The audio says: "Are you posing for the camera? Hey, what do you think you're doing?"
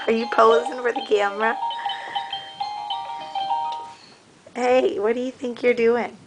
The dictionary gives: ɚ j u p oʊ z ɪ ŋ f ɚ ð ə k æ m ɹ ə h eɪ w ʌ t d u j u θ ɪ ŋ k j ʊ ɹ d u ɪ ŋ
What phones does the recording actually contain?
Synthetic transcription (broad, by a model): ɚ j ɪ p oʊ z ɪ ŋ f ɚ ð ə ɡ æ m ɹ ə h eɪ w ʌ t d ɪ j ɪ θ ɪ ŋ k j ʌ ɹ d u ɪ ŋ